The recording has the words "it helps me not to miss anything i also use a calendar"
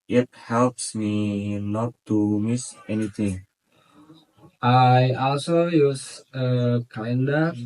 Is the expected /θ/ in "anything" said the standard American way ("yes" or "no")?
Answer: no